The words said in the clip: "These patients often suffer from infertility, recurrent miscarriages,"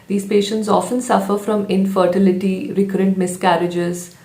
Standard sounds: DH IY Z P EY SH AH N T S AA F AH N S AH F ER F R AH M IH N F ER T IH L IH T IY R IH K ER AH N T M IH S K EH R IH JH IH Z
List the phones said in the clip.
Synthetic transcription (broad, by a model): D IY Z P EY SH AH N T S AA F AH N S AH F ER F R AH M IH N F ER T IH L IH T IY R IH K ER AH N T M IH S K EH R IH JH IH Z